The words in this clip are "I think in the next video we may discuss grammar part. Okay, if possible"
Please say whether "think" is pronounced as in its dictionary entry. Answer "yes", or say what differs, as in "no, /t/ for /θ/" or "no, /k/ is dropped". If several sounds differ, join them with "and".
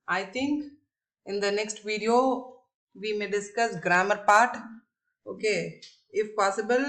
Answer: no, /t/ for /θ/